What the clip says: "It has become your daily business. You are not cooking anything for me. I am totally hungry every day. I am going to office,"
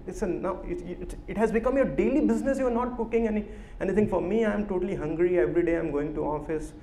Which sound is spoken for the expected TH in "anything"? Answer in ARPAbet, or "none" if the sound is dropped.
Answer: T